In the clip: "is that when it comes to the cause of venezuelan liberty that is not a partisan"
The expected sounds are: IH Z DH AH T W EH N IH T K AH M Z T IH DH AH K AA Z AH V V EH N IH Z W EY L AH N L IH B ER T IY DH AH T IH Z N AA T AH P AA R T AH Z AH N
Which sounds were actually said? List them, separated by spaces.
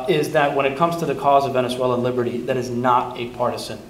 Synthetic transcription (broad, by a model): IH Z DH AH T W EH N IH T K AH M Z T IH DH AH K AA Z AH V V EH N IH S W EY L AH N L IH B ER T IY DH AH T IH Z N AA T AH P AA R T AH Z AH N